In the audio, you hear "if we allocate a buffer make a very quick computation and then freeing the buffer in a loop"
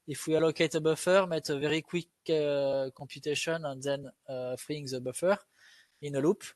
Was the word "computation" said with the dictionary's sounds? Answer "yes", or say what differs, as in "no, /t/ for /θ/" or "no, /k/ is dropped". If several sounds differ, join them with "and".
no, /m/ is dropped